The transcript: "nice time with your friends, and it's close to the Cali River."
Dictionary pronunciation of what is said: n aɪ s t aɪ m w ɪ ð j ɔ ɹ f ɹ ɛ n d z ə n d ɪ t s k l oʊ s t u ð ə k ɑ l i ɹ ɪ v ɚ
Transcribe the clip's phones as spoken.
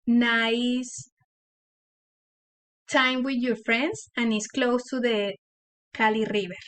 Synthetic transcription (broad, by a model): n aɪ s t aɪ m w ɪ ð j ɔ ɹ f ɹ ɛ n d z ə n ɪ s k l oʊ s t u ð ə k ɑ l i ɹ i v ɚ